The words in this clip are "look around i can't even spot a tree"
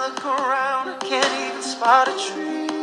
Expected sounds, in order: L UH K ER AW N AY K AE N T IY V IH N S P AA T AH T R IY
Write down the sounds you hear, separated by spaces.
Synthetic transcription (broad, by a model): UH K ER AW N K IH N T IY IH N S P AA T AH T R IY